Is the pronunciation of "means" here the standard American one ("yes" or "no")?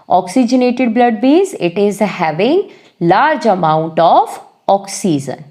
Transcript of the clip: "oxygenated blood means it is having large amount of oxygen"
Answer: no